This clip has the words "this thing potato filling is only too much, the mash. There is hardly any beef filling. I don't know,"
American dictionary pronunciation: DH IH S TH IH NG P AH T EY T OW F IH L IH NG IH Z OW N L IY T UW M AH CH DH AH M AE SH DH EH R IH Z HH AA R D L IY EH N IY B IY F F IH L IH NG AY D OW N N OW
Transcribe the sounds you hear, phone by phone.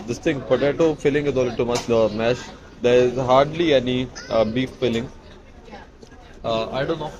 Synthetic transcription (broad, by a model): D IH S T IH NG B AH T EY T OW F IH L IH NG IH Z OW L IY T UW M AH CH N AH M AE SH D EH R IH Z HH AA R D L IY EH N IY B IY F F IH L IH NG AY D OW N N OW